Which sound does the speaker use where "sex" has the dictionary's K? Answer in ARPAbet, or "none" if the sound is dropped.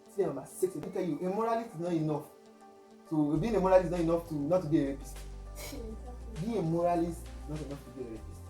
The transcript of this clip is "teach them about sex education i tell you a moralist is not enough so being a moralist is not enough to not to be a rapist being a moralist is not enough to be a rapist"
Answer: none